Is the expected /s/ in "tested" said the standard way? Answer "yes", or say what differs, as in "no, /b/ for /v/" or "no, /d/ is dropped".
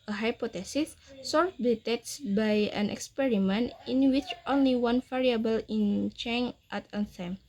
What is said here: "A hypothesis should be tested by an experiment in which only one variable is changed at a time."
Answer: no, /s/ is dropped